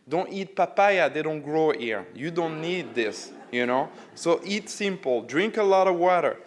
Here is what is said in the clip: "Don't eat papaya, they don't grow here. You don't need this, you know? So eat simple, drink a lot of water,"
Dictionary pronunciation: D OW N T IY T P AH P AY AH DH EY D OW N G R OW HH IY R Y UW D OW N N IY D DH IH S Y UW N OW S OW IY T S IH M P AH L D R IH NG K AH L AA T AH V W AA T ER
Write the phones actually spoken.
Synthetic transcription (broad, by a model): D OW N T IY T P AH P AY AH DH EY D OW N G R OW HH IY R Y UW D OW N N IY D DH IH S Y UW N OW S OW IY T S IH M P L D R IH NG K AH L AA T AH V W AA T ER